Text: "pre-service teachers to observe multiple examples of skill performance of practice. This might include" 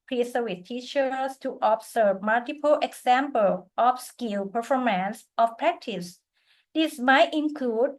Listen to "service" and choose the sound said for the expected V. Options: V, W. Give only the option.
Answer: W